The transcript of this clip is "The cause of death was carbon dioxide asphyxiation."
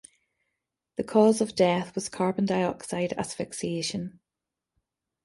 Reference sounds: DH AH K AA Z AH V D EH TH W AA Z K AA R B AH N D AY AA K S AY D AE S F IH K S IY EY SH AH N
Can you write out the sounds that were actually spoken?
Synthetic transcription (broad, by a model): DH AH K AA Z AH V D EH TH W AA Z K AA R B AH N D AY AA K S AY D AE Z F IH K S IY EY SH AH N